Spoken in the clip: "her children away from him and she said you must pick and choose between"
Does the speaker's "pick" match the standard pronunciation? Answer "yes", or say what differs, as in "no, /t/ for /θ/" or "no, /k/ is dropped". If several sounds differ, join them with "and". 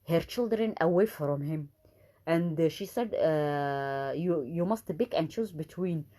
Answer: no, /b/ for /p/